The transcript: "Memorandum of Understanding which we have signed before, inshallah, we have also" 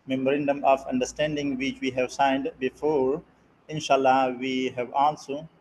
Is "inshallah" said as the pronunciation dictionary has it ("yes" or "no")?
yes